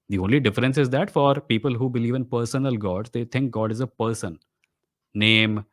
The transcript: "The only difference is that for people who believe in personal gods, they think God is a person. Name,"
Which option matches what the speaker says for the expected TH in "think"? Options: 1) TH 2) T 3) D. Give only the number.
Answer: 2